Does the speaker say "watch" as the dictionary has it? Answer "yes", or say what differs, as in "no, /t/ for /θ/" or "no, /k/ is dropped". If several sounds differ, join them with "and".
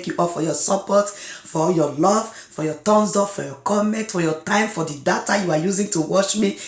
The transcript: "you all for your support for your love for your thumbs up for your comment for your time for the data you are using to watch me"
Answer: no, /ʃ/ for /tʃ/